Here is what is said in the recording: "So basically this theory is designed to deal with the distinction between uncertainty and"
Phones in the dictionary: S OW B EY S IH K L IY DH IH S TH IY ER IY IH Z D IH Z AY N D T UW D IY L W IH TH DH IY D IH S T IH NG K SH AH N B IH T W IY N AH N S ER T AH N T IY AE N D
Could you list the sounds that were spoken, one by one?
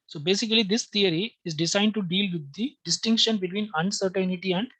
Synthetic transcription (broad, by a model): S OW B EY S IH K L IY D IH S T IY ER IY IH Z D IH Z AY N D T UW D IY L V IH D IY D IH S T IH NG K SH AH N B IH T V IY N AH N S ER T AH N T IY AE N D